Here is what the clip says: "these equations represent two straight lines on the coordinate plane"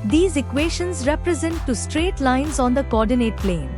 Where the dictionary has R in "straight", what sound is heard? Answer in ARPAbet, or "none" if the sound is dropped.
R